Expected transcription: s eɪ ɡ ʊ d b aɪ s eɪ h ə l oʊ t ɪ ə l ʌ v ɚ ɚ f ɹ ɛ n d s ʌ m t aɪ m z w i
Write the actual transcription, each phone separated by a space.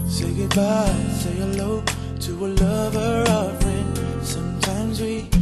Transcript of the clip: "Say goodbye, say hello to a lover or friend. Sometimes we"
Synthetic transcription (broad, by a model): s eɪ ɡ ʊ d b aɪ s eɪ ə l oʊ t ɪ ə l ʌ v ɚ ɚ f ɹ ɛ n s ʌ m t aɪ m z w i